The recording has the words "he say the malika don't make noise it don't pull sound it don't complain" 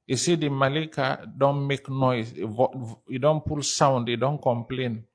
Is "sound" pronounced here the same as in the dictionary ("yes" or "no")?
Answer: yes